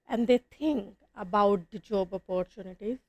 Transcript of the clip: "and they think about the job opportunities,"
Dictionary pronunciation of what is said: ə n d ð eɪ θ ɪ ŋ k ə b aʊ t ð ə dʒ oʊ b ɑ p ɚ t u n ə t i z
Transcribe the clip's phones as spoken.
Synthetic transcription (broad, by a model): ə n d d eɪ t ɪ ŋ k ə b aʊ t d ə dʒ oʊ b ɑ p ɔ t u n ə t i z